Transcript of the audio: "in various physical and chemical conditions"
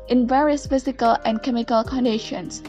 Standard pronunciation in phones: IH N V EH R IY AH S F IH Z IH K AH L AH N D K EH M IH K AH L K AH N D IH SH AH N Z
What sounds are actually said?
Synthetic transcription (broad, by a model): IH N V EH R IY AH S F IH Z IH K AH L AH N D K EH M IH K AH L K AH N D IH SH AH N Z